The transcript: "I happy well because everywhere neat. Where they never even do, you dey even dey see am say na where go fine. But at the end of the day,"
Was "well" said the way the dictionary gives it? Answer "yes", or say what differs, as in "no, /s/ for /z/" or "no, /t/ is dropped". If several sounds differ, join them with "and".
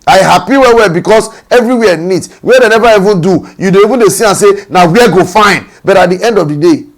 no, /w/ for /l/